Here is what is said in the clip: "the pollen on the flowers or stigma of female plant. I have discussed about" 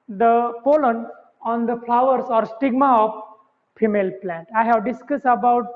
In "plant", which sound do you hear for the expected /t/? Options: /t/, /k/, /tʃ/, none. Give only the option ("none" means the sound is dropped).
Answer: /t/